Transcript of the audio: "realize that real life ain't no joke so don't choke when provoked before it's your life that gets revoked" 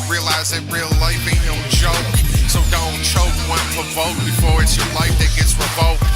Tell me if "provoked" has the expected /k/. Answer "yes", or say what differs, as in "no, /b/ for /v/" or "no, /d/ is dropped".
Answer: no, /k/ is dropped